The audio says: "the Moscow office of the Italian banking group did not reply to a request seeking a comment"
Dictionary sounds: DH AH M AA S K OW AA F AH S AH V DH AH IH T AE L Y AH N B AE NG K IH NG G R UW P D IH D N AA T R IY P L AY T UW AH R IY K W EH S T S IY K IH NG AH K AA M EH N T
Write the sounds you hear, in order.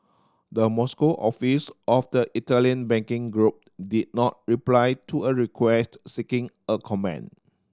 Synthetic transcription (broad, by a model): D AH M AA S K OW AA F AH S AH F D AH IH T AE L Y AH N B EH NG K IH NG G R UW P D IH D N AA T R IY P L AY T UW AH R IY K W EH S T S IY K IH NG AH K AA M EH N